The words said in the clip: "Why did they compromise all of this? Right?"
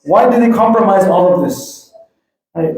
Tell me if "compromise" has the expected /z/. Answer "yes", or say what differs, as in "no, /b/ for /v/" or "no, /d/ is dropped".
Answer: yes